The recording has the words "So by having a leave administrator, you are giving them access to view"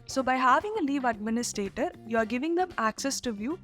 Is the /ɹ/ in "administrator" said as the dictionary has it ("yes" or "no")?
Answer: yes